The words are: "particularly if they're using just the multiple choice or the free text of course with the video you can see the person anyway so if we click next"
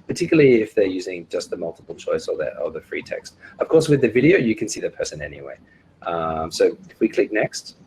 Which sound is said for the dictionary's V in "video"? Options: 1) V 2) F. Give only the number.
1